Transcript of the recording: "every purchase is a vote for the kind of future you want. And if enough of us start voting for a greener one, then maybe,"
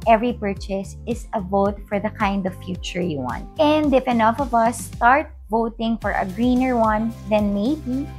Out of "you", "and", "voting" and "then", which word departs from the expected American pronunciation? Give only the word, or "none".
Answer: none